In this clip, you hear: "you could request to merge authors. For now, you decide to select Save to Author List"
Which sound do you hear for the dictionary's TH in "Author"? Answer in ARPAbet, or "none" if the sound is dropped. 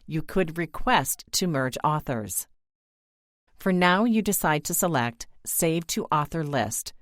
TH